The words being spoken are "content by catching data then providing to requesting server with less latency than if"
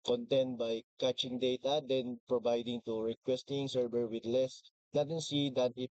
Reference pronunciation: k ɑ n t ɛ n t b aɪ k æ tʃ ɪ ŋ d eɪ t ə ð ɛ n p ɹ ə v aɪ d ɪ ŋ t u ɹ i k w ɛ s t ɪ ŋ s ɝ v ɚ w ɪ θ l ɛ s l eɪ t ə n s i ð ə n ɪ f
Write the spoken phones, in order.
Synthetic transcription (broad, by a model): k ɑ n t ɛ n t b aɪ k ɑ tʃ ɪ ŋ d eɪ t ə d ɛ n p ɹ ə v aɪ d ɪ ŋ t u ɹ i k w ɛ s t ɪ ŋ s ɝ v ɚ w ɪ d l ɛ s n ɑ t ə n s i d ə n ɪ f